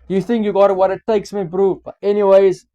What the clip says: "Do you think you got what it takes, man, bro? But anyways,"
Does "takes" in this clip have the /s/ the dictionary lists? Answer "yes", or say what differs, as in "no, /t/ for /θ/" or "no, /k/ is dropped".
yes